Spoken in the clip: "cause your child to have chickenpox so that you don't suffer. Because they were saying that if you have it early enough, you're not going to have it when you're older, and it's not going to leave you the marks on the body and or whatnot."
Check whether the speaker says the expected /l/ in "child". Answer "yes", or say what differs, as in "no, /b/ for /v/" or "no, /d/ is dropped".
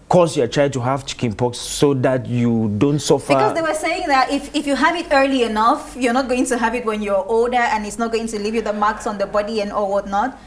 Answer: no, /l/ is dropped